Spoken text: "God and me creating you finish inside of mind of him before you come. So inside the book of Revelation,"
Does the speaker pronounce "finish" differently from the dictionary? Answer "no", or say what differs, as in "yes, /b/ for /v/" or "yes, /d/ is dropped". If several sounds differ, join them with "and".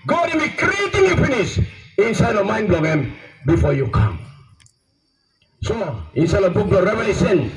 yes, /s/ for /ʃ/